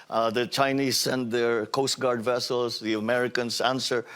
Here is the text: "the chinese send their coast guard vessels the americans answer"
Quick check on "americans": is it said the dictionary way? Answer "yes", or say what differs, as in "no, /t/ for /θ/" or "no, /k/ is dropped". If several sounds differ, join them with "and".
no, /s/ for /z/